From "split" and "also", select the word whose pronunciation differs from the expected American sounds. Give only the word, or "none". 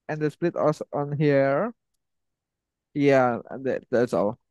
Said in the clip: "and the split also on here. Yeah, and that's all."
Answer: also